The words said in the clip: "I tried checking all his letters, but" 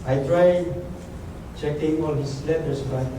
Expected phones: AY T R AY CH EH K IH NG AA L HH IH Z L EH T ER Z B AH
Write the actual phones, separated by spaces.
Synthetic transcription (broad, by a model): AY T R AY CH EH K IH NG AA L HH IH S L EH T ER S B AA